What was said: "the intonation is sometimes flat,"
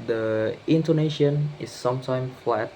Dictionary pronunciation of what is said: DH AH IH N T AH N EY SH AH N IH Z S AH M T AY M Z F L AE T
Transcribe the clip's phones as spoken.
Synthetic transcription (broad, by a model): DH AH IH N T AH N EY SH AH N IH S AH M T AY M F L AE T